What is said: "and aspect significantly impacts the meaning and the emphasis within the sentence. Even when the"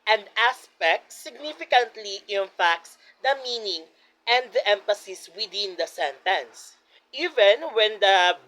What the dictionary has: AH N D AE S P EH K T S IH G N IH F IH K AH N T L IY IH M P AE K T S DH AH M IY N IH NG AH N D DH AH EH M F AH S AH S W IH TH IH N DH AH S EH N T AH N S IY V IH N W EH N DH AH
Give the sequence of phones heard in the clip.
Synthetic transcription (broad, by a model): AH N D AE S P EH K T S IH G N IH F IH K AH N T L IY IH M F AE K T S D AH M IY N IH NG AH N D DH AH EH M F AH S AH S W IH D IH N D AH S EH N T AH N S IY V IH N W EH N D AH